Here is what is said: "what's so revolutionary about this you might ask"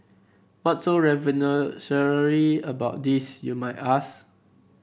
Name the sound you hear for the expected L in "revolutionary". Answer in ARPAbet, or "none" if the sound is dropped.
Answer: N